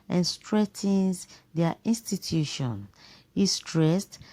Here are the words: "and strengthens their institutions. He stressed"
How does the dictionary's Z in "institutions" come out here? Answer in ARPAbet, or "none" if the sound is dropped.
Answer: none